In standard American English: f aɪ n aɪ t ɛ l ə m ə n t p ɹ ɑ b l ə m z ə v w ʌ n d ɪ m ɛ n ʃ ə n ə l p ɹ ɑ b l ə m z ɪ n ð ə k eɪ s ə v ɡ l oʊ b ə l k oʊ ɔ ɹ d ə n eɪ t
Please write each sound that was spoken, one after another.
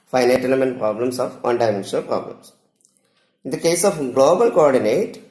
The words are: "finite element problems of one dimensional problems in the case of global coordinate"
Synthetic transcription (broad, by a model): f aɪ n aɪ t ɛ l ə m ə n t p ɹ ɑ b l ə m s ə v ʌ n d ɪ ɪ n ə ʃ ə l p ɹ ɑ b l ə m s ɪ n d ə k eɪ s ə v ɡ l oʊ b ə l k oʊ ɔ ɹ d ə n eɪ t